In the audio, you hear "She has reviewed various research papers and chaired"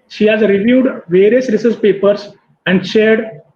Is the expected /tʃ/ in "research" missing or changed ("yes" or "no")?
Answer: yes